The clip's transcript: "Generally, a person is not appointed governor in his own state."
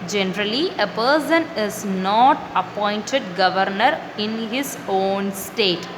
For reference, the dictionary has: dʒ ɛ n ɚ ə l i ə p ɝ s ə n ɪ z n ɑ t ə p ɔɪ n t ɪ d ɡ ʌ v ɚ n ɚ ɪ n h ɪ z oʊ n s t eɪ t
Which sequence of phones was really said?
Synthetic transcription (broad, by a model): dʒ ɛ n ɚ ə l i ə p ɝ s ə n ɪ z n ɑ t ə p ɔɪ n t ɪ d ɡ ʌ v ɚ n ɚ ɪ n h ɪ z oʊ n s t eɪ t